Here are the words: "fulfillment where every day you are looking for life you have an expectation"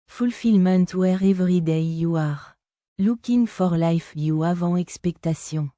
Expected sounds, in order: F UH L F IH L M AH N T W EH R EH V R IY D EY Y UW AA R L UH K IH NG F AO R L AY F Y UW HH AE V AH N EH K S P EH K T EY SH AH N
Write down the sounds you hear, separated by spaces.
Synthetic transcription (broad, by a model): F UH L F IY L M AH N T W EH R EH V R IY D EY Y UW AA R L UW K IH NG F AO R L AY F Y UW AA V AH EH K S P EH K T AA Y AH